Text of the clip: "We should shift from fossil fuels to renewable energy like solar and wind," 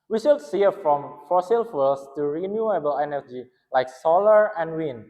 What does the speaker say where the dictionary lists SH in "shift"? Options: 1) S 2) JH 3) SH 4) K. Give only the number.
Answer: 1